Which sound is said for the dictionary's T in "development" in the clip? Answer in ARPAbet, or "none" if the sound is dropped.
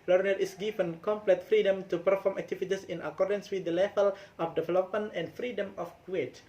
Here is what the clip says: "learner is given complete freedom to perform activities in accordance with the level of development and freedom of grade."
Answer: none